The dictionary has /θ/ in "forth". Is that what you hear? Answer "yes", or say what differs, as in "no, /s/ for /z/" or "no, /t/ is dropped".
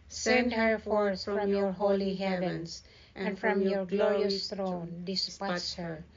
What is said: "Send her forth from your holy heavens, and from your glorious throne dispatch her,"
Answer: no, /s/ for /θ/